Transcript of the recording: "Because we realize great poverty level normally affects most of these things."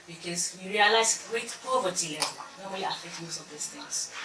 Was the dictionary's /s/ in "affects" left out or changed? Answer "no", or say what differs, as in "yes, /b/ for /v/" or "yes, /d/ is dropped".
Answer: yes, /s/ is dropped